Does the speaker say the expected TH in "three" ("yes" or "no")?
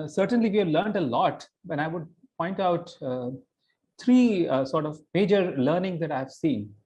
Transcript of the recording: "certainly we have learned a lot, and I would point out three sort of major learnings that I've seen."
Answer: no